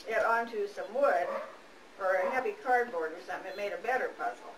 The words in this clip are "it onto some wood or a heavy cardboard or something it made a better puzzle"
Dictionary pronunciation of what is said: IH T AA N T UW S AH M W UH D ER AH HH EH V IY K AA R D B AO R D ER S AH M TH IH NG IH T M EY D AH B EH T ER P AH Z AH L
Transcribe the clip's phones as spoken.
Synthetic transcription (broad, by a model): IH T AA N T UW S AH M W UH D ER AH HH EH V IY K AA R D B AO R D ER S AH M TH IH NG IH T M EY D AH B EH T ER P AH Z L